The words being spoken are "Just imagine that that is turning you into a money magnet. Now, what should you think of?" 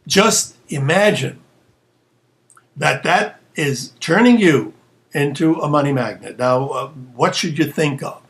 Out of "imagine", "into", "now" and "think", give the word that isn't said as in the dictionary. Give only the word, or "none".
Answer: none